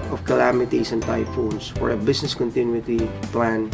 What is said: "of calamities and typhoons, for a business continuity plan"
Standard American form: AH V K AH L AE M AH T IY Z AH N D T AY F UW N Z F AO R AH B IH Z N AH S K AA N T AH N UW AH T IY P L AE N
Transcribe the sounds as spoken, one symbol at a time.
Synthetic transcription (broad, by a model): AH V K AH L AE M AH T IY S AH N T AY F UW N S F AO R AH B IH S N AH S K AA N T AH N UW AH T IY P L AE N